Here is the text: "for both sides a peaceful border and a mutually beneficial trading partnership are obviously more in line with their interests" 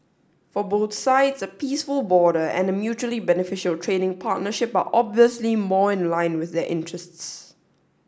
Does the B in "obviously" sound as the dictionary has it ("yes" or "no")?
yes